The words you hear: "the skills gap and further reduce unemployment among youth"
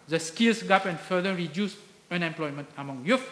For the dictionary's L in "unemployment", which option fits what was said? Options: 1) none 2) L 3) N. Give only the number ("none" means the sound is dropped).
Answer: 2